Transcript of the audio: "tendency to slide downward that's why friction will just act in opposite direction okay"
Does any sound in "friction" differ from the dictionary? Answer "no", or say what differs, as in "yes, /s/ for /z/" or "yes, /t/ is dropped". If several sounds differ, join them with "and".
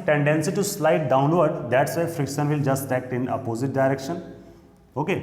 no